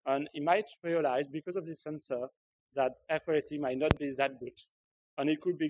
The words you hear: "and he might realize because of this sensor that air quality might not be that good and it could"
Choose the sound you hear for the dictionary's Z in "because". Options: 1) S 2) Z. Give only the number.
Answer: 2